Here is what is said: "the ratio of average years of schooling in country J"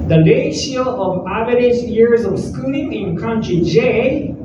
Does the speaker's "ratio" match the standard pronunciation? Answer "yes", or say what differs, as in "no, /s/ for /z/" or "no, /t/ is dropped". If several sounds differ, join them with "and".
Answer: no, /l/ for /ɹ/